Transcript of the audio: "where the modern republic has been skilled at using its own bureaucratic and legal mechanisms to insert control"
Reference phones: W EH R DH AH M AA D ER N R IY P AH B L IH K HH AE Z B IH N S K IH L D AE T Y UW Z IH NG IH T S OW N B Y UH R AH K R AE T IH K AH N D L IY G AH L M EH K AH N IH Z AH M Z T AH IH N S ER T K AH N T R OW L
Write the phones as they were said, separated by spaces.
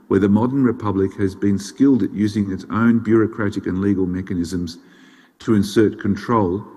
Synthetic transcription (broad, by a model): W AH R DH AH M AA D ER N R IY P AH B L IH K HH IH Z B IH N S K IH L D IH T Y UW Z IH NG IH T S OW N B Y UH R AH K R AE T IH K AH N L IY G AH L M EH K AH N IH Z AH M Z T AH IH N S ER T K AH N T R OW L